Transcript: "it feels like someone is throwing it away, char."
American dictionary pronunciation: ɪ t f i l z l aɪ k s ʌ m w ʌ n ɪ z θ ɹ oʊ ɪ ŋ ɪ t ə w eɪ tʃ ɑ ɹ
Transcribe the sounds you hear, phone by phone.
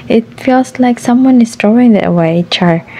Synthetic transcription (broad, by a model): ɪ t f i l s l aɪ k s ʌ m w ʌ n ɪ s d ɹ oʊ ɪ ŋ ɪ t ə w eɪ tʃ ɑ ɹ